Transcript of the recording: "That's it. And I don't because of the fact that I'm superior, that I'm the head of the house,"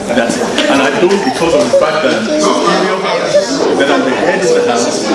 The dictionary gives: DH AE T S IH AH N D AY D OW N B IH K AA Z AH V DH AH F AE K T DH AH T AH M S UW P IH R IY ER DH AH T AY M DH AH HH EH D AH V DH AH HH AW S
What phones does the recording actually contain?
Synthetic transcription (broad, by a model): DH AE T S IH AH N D AY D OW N B IH K AA Z AH V DH AH F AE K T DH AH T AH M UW AH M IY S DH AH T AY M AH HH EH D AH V DH AH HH AW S